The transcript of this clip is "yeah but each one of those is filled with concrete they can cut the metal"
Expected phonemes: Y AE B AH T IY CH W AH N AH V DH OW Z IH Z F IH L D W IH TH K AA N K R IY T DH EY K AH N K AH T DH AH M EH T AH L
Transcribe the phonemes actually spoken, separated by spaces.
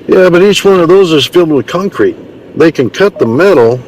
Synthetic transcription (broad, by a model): Y AE B AH T IY CH W AH N AH V DH OW Z IH Z F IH L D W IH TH K AA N K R IY T DH EY K AH N K AH T DH AH M EH T L